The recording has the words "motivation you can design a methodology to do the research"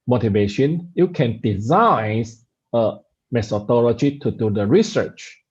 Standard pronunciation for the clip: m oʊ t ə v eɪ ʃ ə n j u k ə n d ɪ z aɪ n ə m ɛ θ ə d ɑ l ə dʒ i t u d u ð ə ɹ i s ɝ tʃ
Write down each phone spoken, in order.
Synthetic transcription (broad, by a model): m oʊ t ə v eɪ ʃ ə n j u k ə n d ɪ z aɪ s ə m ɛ s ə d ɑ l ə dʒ i t u d u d ə ɹ i s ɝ tʃ